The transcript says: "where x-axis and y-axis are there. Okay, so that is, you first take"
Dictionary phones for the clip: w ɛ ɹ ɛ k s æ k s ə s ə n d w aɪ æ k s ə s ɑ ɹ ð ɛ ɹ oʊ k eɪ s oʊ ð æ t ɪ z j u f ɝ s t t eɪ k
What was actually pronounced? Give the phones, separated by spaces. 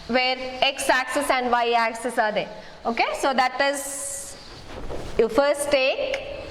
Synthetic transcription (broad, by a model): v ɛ ɹ ɛ k s æ k s ə s ə n d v aɪ æ k s ə s ɑ ɹ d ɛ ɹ oʊ k eɪ s oʊ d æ t ɪ z j u f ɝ s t t eɪ k